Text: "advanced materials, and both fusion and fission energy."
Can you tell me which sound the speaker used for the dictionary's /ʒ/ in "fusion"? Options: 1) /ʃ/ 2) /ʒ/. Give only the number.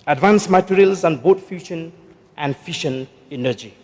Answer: 1